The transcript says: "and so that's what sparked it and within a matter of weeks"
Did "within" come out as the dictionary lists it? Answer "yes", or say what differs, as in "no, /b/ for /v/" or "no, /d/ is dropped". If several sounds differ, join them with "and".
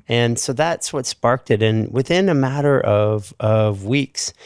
yes